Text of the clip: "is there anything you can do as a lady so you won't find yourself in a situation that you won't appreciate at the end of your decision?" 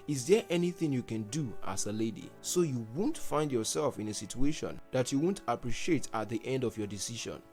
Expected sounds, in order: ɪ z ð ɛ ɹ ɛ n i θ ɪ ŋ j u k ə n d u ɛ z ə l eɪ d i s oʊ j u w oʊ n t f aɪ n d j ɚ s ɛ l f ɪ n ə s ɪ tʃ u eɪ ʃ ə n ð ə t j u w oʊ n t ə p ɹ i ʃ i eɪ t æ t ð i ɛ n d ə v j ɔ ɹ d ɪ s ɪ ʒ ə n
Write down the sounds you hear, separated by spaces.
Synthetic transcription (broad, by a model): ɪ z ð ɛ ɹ ɛ n i θ ɪ ŋ j u k ə n d u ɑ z ə l eɪ d i s oʊ j u w oʊ n t f aɪ n d j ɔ s ɛ l f ɪ n ə s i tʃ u eɪ ʃ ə n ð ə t j u w oʊ n t ə p ɹ i ʃ i eɪ t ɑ t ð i ɛ n d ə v j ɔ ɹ d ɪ s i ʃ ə n